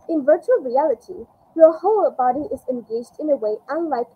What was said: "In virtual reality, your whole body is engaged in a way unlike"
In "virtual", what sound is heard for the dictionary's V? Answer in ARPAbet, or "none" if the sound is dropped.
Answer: V